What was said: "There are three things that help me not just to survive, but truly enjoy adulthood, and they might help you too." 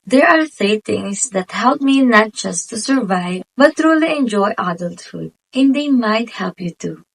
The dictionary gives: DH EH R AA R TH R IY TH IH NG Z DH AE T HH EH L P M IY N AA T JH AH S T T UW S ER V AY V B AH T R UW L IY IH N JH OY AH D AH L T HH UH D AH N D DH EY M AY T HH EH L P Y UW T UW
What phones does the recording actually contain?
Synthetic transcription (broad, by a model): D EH R AA R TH R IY T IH NG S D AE T HH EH L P M IY N AA T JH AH S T T UW S ER V AY V B AH T R UW L IY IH N JH OY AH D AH L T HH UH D AH N D EY M AY T HH EH L P Y UW T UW